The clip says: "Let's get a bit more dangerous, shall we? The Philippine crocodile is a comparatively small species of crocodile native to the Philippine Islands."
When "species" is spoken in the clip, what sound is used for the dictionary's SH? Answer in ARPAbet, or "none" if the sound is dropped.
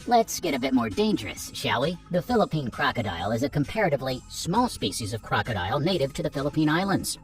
SH